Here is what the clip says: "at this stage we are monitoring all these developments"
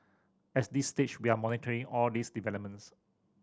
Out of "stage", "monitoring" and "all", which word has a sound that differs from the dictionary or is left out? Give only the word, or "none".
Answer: stage